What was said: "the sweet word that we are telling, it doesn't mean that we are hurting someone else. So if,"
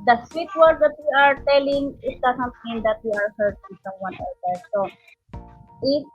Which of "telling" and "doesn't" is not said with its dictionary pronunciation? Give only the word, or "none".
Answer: doesn't